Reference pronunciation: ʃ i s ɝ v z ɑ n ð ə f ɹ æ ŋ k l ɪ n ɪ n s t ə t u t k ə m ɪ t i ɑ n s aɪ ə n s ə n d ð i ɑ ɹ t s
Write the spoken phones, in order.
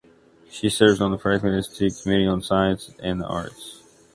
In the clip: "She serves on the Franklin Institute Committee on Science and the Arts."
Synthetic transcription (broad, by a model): ʃ i s ɝ v z n ð ə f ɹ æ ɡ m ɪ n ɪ s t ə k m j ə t i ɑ n s aɪ ə n s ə n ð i ɑ ɹ t s